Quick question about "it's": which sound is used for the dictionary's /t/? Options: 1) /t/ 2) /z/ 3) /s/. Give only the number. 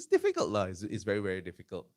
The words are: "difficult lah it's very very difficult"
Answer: 3